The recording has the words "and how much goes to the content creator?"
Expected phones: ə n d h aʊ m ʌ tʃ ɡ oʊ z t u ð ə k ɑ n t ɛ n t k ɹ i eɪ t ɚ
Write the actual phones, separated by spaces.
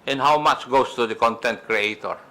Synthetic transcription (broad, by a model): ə n h aʊ m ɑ tʃ ɡ oʊ s t u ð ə k ɑ n t ɛ n t k ɹ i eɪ t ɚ